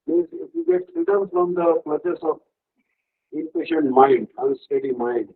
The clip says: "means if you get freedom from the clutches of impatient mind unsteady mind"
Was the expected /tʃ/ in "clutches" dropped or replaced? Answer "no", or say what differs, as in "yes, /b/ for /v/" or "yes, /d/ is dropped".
yes, /s/ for /tʃ/